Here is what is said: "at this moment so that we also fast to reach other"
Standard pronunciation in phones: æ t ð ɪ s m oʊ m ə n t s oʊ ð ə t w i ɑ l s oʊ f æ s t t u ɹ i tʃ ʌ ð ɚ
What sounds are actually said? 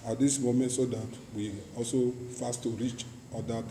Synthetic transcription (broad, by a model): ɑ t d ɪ s m oʊ m ə n t s oʊ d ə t w i ɑ l s oʊ f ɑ s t t u ɹ i tʃ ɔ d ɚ